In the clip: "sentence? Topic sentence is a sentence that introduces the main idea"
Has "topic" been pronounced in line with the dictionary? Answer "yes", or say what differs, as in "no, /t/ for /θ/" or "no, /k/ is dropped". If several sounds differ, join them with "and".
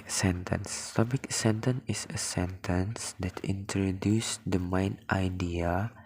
no, /b/ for /p/